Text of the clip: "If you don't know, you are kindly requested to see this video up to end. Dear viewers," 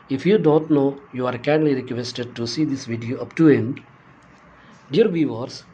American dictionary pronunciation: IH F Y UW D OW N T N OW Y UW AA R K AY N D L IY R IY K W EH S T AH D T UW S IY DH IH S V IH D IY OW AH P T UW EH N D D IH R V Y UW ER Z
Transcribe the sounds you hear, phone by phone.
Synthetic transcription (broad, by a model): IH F Y UW D OW N T N OW Y UW AA R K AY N L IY R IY K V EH S T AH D T UW S IY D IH S V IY D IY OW AH P T UW EH N D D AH R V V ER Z